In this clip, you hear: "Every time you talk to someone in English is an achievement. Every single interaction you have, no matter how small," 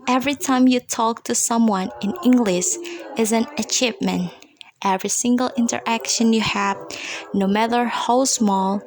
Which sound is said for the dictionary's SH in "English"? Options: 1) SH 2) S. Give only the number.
1